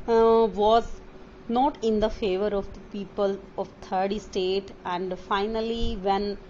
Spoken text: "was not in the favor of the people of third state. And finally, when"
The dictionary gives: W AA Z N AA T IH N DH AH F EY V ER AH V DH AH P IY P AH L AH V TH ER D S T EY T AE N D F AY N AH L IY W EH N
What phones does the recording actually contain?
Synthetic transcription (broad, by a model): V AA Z N AA T IH N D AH F EY V ER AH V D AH P IY P AH L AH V T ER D S T EY T AE N D F AY N AH L IY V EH N